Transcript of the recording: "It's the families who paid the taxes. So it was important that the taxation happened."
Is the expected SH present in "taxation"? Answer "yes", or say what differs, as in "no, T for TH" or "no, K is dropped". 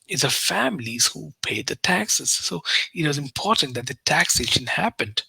yes